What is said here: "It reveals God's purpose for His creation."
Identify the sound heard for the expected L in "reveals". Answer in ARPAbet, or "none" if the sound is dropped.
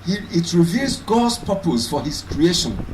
none